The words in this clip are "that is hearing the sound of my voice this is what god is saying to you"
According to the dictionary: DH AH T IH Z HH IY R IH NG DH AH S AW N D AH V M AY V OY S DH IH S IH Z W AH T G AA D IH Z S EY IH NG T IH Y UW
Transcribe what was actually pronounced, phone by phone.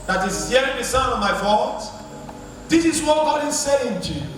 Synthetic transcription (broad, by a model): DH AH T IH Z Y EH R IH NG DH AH S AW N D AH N M AY F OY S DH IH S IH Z W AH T G AA D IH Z S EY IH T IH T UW